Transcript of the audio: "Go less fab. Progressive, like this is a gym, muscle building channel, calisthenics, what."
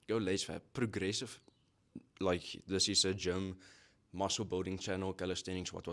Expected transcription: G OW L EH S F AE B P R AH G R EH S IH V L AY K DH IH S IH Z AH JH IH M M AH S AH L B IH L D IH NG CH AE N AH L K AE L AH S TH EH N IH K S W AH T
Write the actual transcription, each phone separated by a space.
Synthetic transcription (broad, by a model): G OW L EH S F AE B P R AH G R EH S IH V L AY K DH IH S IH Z AH JH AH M M AH S AH L B IH L D IH NG CH AE N AH L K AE L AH S T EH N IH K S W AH T